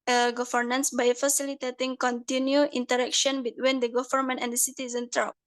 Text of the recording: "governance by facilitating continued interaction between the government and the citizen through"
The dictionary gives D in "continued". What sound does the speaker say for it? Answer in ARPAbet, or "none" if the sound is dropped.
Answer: none